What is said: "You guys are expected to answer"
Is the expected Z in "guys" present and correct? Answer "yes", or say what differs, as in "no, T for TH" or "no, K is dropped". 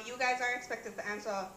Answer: yes